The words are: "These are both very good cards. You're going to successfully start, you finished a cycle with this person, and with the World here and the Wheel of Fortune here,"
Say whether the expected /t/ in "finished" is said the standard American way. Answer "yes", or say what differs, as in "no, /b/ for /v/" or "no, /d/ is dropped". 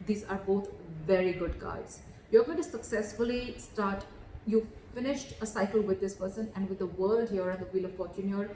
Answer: yes